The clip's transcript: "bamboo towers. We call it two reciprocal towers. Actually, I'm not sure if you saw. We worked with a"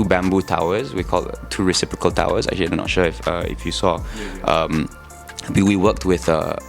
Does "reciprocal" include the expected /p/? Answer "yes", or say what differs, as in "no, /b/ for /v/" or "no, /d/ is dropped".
yes